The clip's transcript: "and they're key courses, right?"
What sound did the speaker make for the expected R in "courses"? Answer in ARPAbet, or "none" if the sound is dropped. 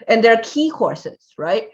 R